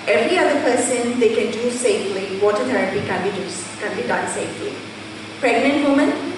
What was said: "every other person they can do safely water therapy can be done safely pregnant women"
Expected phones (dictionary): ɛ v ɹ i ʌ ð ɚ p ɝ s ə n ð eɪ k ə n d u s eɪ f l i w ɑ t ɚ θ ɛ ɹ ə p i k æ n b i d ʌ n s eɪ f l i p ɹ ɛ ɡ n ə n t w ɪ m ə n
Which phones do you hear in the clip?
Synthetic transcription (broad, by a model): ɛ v ɹ i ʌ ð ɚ p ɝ s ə n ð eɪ k ə n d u s eɪ f l i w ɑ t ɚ t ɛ ɹ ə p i k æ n b i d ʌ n s eɪ f l i p ɹ ɛ ɡ n ə n t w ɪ m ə n